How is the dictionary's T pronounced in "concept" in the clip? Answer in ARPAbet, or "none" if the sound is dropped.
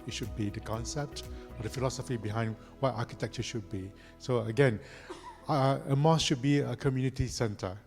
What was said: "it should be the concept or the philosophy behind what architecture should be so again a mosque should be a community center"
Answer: T